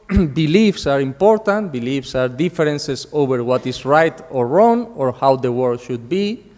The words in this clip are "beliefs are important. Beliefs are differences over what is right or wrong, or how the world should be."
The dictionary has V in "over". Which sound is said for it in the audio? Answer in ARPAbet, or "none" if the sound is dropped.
B